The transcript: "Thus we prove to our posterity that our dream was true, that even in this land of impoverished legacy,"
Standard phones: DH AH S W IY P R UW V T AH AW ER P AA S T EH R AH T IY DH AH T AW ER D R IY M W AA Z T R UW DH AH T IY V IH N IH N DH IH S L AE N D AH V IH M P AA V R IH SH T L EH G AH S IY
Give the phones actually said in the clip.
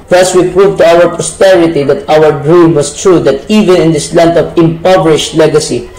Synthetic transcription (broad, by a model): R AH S W IY P R UW V T AH AW ER P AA S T EH R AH T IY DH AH T AW ER D R IY M W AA S T R UW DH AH T IY V IH N IH N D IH S L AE N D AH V IH M P AA V R IH SH T L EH G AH S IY